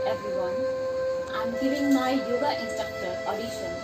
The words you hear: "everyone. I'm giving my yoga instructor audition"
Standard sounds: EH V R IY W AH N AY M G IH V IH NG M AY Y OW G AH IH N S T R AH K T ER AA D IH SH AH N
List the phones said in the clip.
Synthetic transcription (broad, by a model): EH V R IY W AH N AY M G IH V IH NG M AY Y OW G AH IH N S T AH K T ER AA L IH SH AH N